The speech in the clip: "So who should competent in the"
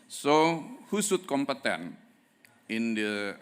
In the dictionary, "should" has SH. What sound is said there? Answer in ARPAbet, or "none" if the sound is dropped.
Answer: S